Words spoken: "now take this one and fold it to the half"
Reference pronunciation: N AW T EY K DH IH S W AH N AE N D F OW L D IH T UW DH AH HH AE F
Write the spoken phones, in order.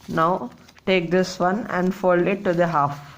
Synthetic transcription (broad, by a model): N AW T EY K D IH S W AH N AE N D F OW L IH T UW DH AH HH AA F